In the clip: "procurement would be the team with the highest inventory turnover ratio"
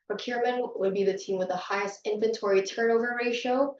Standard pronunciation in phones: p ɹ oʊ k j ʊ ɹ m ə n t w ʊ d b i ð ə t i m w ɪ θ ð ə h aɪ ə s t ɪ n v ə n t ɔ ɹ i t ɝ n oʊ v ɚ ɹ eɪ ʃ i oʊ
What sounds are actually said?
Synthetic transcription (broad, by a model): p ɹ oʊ k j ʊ ɹ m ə n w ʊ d b i ð ə t i m w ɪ ð ə h aɪ ə s t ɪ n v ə n t ɔ ɹ i t ɝ n oʊ v ɚ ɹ eɪ ʃ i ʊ